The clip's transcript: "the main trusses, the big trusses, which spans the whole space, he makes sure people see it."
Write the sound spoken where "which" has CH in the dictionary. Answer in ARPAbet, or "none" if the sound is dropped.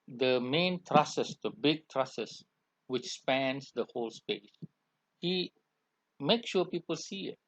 CH